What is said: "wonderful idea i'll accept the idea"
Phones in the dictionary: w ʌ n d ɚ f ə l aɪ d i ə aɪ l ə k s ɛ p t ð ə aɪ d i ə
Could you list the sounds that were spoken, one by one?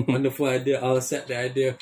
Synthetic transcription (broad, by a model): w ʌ n d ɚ f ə l aɪ d i ə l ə s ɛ t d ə aɪ d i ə